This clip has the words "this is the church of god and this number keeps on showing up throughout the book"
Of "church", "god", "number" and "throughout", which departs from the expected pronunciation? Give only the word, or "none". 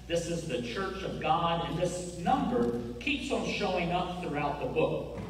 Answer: none